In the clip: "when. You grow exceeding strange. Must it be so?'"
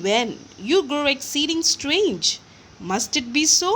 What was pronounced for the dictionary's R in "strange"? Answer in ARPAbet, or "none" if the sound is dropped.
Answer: R